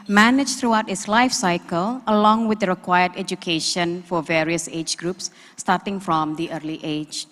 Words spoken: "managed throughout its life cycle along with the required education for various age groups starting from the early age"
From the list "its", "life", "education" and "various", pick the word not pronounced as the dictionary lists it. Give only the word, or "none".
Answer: none